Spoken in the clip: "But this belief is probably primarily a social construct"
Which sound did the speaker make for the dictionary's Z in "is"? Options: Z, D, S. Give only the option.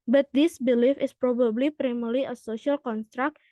S